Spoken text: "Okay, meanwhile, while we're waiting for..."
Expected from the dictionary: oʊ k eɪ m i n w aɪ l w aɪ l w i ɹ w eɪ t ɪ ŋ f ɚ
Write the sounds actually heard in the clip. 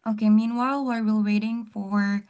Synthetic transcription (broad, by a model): oʊ k eɪ m i n w aɪ l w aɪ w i l w eɪ t ɪ ŋ f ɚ